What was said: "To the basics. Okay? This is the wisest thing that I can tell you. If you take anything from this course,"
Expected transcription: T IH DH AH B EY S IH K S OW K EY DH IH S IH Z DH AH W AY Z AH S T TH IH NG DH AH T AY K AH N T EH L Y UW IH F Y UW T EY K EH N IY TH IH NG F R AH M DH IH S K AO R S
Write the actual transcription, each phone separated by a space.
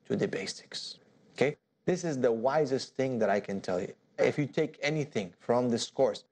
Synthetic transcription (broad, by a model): T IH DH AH B EY S IH K S OW K EY DH IH S IH Z DH AH W AY Z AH S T TH IH NG DH AH T AY K AH N T EH L Y UW IH F Y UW T EY K EH N IY TH IH NG F R AH M DH IH S K AO R S